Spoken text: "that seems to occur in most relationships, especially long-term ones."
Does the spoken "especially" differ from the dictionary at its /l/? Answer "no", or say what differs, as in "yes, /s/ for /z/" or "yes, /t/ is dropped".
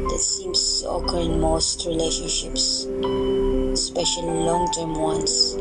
yes, /l/ is dropped